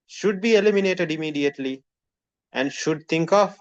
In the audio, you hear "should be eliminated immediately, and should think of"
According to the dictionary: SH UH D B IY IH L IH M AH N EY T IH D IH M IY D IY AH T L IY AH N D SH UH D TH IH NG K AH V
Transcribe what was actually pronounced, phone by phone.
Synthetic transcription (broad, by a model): SH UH D B IY IH L IH M AH N EY T IH D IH M IY D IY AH T L IY AH N D SH UH D T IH NG K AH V